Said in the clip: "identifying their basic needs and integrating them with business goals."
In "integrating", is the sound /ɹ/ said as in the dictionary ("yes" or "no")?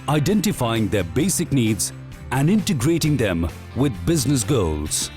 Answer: yes